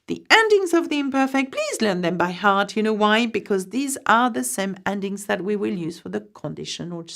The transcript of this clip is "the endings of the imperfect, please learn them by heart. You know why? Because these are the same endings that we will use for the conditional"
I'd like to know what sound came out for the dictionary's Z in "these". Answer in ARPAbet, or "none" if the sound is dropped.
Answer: Z